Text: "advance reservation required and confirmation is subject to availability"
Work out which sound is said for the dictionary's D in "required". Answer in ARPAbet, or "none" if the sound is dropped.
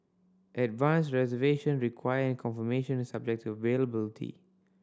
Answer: none